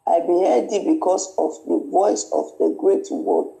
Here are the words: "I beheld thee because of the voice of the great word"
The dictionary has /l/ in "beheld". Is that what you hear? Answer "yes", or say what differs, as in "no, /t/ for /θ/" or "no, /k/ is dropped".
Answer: no, /l/ is dropped